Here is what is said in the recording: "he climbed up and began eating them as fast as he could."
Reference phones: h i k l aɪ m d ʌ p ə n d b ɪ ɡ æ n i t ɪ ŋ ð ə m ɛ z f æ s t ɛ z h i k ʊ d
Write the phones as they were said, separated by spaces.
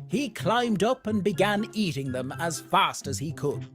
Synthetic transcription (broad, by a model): h i k l aɪ m d ʌ p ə n b ɪ ɡ æ n i t ɪ ŋ ð ə m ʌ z f æ s t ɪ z i k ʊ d